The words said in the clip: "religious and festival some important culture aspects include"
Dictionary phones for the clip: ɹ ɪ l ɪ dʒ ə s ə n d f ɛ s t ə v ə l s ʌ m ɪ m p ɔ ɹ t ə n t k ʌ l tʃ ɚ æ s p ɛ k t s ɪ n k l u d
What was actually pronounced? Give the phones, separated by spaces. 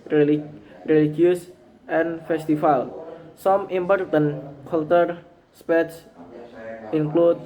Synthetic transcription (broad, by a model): ɹ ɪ l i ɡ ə s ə n f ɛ s t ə f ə l s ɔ m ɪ m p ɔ ɹ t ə n k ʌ l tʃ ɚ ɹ s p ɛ t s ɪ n k l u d